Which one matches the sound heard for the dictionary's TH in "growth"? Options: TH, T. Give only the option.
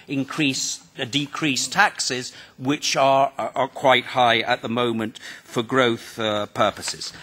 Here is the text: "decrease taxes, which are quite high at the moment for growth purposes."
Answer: TH